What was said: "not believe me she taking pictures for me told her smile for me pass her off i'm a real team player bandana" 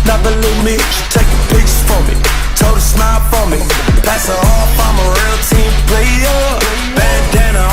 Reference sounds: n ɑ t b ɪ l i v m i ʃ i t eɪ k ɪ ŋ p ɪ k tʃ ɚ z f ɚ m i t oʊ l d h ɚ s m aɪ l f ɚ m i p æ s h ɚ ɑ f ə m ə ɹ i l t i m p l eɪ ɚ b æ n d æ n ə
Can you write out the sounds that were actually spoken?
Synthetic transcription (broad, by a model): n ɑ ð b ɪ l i m i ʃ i t eɪ k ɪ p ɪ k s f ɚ m i t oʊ d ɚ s m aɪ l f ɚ m i p æ s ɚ ɑ f ə m ə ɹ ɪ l t i m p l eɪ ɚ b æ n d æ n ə